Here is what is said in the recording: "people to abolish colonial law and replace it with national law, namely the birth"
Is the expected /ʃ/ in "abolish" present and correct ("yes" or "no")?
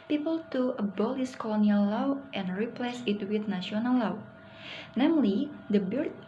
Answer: no